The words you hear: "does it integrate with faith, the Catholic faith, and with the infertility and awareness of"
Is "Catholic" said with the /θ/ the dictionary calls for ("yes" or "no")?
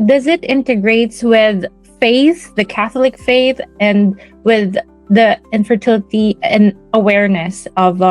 yes